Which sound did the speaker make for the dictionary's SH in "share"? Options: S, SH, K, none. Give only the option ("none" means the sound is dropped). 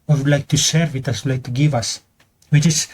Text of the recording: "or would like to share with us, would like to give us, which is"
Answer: S